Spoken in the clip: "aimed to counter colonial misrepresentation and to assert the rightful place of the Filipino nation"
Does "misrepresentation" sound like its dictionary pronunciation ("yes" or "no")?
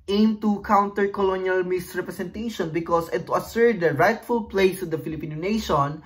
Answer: no